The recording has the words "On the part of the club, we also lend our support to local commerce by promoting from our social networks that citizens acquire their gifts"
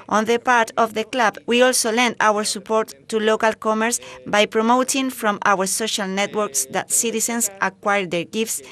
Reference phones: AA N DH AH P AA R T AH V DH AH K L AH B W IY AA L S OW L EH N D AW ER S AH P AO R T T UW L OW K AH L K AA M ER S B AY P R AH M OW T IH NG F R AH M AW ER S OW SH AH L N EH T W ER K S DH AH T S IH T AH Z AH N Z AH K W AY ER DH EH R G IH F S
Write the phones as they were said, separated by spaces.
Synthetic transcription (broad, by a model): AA N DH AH P AA R T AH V DH AH K L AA B W IY AA L S OW L EH N D AW ER S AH P AO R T T UW L OW K AH L K AA M ER S B AY P R AH M OW T IH NG F R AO M AW ER S OW SH AH L N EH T W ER K S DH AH T S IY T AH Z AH N S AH K W AY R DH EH R G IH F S